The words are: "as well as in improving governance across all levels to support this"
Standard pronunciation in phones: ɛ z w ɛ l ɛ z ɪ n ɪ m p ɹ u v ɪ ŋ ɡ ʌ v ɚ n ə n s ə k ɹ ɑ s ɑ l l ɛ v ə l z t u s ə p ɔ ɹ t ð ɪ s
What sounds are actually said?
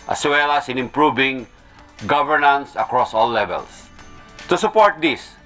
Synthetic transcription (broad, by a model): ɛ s w ɛ l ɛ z ɪ n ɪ m p ɹ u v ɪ ŋ ɡ ʌ v ɚ n ə n s ə k ɹ ɑ s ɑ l l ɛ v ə l s t u s ə p ɔ ɹ t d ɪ s